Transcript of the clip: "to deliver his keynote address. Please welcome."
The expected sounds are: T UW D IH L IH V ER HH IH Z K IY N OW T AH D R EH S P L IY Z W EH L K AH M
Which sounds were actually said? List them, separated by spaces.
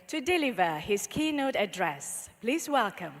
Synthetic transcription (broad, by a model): T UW D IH L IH V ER HH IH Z K IY N OW T AH D R EH S P L IY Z W EH L K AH M